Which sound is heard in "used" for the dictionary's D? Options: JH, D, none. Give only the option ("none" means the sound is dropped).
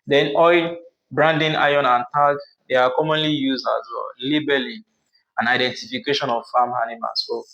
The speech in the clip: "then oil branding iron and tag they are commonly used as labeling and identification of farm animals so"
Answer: none